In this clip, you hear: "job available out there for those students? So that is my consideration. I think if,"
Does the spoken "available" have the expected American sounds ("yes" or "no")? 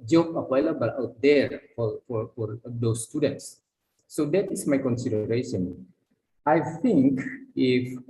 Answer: no